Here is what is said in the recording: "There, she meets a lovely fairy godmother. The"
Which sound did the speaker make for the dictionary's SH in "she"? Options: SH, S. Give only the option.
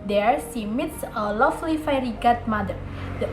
S